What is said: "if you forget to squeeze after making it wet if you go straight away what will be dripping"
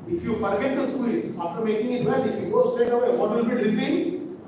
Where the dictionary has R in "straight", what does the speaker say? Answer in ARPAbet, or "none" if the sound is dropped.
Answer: none